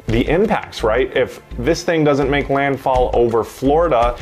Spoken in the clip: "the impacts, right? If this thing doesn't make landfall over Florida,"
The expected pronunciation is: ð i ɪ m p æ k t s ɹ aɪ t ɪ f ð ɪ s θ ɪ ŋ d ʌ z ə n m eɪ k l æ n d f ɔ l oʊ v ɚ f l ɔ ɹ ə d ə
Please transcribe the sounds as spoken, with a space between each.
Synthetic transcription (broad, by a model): ð i ɪ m p æ k t s ɹ aɪ t ɪ f ð ɪ s θ ɪ ŋ d ʌ z ə n m eɪ k l æ n d f ɔ l oʊ v ɚ f l ɔ ɹ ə d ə